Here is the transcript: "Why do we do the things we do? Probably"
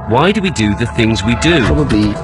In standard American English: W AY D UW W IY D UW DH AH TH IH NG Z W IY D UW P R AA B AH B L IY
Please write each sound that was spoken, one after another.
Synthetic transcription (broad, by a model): W AY D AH W IY D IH DH AH TH IH NG Z W IY D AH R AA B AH B L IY